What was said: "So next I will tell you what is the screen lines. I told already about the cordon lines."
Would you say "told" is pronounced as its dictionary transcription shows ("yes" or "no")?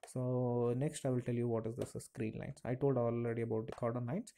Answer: yes